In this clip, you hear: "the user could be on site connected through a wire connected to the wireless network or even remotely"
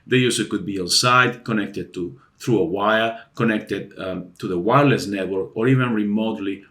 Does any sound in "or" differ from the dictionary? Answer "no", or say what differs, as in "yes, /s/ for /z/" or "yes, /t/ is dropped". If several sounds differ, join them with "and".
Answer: no